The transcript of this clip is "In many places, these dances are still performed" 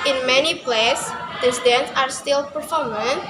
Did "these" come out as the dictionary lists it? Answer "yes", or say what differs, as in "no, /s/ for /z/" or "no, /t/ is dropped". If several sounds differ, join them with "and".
no, /z/ is dropped